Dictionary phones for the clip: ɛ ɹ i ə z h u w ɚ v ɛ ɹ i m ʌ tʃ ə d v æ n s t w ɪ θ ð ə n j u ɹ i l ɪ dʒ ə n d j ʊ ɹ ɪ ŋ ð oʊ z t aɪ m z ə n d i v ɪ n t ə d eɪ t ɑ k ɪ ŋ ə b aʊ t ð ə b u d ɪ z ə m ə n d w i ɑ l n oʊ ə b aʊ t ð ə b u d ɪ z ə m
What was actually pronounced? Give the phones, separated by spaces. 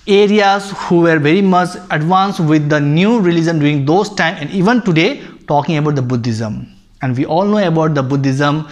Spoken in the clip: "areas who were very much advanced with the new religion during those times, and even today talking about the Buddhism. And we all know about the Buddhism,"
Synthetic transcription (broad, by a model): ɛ ɹ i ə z h u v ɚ v ɛ ɹ i m ʌ tʃ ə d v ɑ n s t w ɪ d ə n j u ɹ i l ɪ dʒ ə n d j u ɹ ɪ ŋ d oʊ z t aɪ m ə n d i v ɪ n t ə d eɪ t ɑ k ɪ ŋ ə b aʊ t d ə b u d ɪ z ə m ə n d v i ɑ l n oʊ ə b aʊ t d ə b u d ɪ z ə m